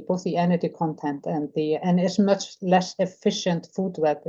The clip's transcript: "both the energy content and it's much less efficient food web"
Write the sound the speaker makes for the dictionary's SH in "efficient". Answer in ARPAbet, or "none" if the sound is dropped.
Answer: SH